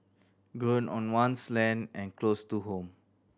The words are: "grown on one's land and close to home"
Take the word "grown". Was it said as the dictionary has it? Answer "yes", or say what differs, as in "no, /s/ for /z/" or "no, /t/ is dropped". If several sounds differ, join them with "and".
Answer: no, /ɹ/ is dropped